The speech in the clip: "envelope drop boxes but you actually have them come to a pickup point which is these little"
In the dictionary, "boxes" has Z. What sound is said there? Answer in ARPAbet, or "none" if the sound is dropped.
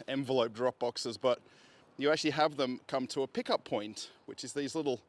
Z